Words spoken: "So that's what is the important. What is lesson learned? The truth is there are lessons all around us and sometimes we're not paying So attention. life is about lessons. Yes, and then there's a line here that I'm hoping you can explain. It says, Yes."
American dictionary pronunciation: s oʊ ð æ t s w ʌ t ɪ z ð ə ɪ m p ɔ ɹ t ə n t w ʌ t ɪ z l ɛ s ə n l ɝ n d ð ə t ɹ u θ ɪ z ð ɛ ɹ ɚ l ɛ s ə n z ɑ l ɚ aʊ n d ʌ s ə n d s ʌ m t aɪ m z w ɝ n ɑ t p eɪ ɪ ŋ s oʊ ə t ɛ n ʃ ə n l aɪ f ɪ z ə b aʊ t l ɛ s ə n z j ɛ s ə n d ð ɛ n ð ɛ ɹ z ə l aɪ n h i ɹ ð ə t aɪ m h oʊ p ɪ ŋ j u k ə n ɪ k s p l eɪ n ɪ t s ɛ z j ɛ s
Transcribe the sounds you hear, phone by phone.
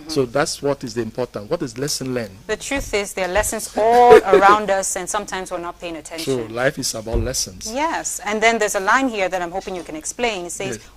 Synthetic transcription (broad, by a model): s oʊ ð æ t s w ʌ t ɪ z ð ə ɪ m p ɔ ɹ t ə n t w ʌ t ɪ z l ɛ s ə n l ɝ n ð ə t ɹ u θ ɪ z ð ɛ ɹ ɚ l ɛ s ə n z ɑ l ɚ aʊ n d ʌ s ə n s ʌ m t aɪ m z w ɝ n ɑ t p eɪ ɪ ŋ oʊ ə t ɛ n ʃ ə l aɪ f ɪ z ə b aʊ t l ɛ s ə n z j ɛ s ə n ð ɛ n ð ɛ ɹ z ə l aɪ n h i ɹ ð ə t aɪ m h oʊ p ɪ ŋ j u k ə n ɪ k s p l eɪ n ɪ t s ɛ z